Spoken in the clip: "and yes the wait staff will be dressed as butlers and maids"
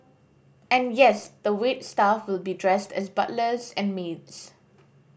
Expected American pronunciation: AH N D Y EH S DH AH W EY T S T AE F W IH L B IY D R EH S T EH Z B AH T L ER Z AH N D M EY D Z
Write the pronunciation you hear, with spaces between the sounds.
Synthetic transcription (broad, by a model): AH N Y EH S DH AH W EY T S T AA F W IH L B IY D R EH S T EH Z B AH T L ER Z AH N M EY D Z